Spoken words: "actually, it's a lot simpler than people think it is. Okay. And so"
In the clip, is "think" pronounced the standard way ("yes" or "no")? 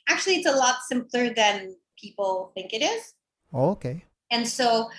yes